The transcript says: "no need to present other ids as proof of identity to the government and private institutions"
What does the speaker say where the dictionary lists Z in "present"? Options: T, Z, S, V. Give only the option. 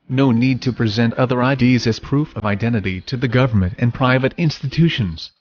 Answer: Z